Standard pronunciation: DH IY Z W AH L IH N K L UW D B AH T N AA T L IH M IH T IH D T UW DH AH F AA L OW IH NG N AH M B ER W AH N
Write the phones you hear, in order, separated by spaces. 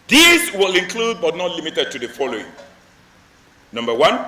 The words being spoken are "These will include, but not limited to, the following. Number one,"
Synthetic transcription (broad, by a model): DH IY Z W AH L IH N K L UW D B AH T N AA T L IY M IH T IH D T UW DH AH F AA L OW IH NG N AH M B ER W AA N